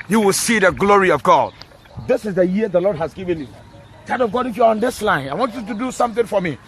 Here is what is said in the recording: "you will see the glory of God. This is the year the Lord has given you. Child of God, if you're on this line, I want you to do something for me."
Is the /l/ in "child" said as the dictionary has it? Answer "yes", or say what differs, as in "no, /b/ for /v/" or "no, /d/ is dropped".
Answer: no, /l/ is dropped